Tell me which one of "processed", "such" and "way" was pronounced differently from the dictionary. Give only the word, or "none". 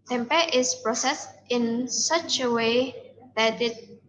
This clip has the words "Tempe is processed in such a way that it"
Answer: none